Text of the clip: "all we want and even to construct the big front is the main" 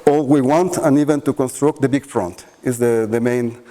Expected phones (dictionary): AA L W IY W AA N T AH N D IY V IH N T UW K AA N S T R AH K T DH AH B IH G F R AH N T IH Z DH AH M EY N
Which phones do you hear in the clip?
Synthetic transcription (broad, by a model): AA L W IY W AA N T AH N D IY V IH N T UW K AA N S T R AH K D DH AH B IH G F R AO N T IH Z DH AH M EY N